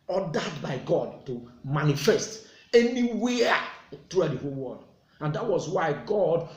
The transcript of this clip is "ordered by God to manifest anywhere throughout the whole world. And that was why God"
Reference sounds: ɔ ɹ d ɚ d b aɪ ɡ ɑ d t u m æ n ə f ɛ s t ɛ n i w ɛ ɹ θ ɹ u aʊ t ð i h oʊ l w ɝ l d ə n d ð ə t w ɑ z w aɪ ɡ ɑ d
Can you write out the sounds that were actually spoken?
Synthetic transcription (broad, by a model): ɔ d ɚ d b aɪ ɡ ɑ d t u m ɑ n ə f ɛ s t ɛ n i w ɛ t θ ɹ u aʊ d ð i h oʊ l w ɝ d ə n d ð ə t w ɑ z w aɪ ɡ ɑ d